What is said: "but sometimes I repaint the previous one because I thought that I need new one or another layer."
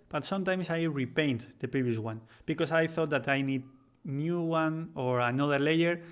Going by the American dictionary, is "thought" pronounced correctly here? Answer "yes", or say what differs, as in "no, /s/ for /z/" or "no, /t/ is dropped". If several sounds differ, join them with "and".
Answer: yes